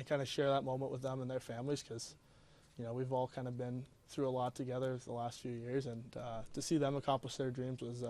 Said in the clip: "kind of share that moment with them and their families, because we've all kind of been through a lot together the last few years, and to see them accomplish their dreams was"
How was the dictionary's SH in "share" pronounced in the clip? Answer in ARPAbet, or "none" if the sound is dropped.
SH